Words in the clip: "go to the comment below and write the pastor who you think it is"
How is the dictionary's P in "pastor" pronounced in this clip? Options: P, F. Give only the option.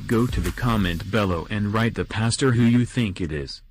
P